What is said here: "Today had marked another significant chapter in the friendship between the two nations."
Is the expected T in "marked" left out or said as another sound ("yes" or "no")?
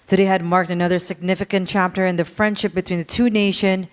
no